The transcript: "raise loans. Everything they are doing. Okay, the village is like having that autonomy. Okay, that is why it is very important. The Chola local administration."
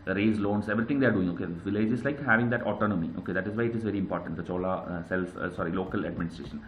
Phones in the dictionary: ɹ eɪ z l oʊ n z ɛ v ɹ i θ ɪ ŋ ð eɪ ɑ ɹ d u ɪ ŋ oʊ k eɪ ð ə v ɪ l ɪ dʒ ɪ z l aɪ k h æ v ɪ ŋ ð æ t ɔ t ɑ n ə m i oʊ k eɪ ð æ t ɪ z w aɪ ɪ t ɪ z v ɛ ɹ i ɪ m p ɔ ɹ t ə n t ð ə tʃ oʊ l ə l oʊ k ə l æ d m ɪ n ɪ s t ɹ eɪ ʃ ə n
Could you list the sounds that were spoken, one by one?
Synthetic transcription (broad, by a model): ɹ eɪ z l oʊ n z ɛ v ɹ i t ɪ ŋ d eɪ ɑ ɹ d u ɪ ŋ oʊ k eɪ v ɪ l ɪ dʒ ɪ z l aɪ k h æ v ɪ ŋ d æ t ɔ t ɑ n ə m i oʊ k eɪ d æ t ɪ z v aɪ ɪ t ɪ z v ɛ ɹ i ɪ m p ɔ ɹ t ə n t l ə s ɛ l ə l oʊ k ə l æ d m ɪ n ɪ s t ɹ eɪ ʃ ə n